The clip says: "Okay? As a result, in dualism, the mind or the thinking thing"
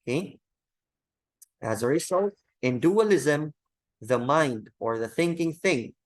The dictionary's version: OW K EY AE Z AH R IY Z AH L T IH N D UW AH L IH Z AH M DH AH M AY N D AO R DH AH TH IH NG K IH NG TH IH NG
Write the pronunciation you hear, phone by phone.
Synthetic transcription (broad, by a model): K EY AE Z AH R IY S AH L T IH N D UW AH L IH Z AH M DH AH M AY N D AO R DH AH TH IH NG K IH NG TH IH NG